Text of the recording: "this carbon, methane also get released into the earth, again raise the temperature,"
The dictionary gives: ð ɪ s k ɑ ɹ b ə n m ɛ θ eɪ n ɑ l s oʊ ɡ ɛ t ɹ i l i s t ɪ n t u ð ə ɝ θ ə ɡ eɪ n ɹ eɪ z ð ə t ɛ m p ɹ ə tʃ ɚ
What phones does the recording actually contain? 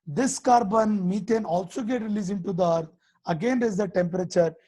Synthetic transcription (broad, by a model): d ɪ s k ɑ ɹ b ə n m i t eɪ n ɑ l s oʊ ɡ ɛ t ɹ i l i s ɪ n t u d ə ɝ t ə ɡ eɪ n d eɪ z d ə t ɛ m p ɹ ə tʃ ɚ